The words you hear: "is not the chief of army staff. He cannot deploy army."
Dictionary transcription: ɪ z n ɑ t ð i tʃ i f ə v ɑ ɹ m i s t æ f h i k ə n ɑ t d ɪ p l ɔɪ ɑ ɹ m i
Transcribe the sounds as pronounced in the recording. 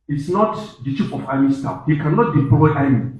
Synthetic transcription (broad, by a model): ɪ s n ɑ t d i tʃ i p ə f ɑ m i s t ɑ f h i k ə n ɑ t d ɪ p l ɔɪ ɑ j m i